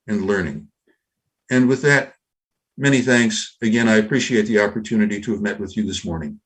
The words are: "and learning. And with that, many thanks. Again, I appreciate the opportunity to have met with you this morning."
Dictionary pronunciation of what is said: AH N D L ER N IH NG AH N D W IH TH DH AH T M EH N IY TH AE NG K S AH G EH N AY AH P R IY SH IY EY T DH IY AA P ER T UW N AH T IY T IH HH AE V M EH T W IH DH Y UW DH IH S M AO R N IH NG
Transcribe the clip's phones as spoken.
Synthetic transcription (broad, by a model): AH N L ER N IH NG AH N W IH DH AH T M EH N IY TH AE NG K S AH G EH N AY AH P R IY SH IY EY T DH IY AA P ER T UW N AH T IY T IH V M EH T W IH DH Y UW DH IH S M AO R N IH NG